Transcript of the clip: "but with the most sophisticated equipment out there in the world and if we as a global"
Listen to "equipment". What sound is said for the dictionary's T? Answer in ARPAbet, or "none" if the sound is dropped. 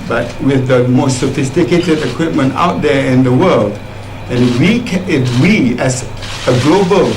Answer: T